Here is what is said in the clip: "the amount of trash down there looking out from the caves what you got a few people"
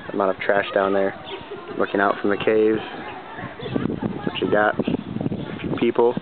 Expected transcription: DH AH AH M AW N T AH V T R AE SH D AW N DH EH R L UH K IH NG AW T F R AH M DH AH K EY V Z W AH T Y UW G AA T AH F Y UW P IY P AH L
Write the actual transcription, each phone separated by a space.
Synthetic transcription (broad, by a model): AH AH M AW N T AH V T R AE SH D AW N DH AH R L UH K IH NG AW T F R AH M DH AH K EY V Z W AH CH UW G AA T AH F Y UW P IY P L